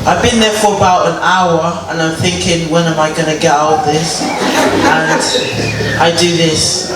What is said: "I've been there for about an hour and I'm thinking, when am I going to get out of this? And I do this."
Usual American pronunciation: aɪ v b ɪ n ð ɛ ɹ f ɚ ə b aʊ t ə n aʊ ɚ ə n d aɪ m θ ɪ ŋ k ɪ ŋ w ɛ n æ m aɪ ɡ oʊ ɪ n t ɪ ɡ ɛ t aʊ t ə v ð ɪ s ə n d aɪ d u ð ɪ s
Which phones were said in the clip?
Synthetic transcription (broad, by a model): aɪ v b ɪ n ð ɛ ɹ f ɚ ə b aʊ t ə n aʊ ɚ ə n aɪ m θ ɪ ŋ k ɪ ŋ w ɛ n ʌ m aɪ ɡ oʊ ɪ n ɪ ɡ ɛ t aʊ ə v ð ɪ s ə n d aɪ d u ð ɪ s